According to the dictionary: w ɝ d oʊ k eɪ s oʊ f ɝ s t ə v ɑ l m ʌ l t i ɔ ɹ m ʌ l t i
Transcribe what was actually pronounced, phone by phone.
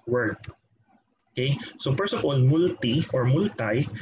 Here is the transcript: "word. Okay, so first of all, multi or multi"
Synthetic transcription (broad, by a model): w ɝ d oʊ k eɪ s oʊ p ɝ s ə p ɑ l m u l t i ɔ ɹ m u l t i